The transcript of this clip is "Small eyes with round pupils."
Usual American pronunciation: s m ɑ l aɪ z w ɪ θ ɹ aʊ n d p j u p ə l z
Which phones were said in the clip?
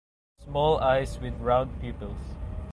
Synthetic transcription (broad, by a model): s m ɑ l aɪ s w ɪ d ɹ aʊ n d p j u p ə l s